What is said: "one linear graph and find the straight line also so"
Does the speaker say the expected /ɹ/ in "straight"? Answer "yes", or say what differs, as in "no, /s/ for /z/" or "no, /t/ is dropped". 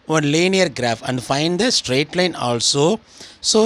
yes